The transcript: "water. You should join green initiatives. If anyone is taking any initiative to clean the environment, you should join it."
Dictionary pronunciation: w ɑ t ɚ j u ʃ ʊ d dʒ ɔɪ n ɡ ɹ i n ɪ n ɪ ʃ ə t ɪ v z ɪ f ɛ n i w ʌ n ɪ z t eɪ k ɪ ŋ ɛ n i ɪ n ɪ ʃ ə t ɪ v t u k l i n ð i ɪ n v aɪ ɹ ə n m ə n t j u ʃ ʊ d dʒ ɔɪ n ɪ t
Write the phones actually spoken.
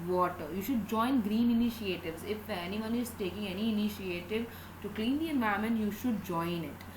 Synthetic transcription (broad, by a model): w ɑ t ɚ j u ʃ ʊ d dʒ ɔɪ n ɡ ɹ i n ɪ n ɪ ʃ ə t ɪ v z ɪ f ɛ n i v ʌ n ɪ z t eɪ k ɪ ŋ ɛ n i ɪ n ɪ ʃ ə t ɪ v t u k l i n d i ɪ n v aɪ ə m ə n j u ʃ ʊ d dʒ ɔɪ n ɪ t